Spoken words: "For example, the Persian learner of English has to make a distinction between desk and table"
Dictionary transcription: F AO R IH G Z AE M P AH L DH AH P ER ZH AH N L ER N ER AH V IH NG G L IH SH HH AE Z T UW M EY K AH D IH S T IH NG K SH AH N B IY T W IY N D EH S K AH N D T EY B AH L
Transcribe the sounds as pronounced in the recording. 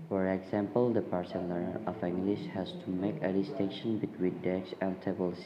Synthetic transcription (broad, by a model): F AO R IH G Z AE M P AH L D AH P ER S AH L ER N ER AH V IH NG G L IH SH HH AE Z T UW M EY K AH D IH S T IH NG K SH AH N B IY T W IY N D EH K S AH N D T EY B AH L